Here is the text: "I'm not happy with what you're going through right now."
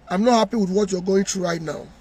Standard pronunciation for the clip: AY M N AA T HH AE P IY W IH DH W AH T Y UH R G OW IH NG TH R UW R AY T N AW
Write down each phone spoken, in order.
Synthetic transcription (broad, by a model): AY M N AA T HH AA P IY W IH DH W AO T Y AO G OW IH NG T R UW R AY T N AW